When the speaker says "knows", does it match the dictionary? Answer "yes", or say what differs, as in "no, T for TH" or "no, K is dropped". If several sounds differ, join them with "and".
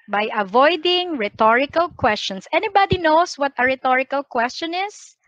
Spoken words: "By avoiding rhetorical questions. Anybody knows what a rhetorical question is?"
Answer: no, S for Z